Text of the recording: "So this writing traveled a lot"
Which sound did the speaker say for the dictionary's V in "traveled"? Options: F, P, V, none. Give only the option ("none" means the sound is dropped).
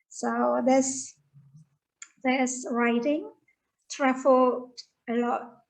F